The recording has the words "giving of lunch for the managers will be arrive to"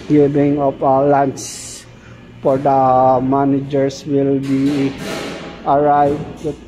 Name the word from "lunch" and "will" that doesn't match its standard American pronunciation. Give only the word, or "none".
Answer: lunch